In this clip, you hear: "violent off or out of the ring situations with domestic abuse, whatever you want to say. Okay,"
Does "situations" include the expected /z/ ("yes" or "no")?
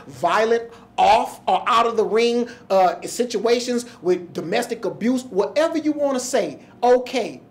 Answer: yes